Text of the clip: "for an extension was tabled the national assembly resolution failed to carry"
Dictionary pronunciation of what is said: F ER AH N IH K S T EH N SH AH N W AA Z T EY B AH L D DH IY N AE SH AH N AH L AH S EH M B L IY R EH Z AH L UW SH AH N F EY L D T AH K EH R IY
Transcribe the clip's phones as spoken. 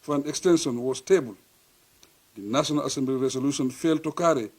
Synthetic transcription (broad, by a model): F AH N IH K S T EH N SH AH N W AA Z T EY B AH L D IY N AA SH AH N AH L AH S EH M B L IY R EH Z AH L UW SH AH N F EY L T AH K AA R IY